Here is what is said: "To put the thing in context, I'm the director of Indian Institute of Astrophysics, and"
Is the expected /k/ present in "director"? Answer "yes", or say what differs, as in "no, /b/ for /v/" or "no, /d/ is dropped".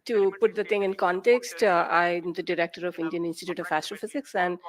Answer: yes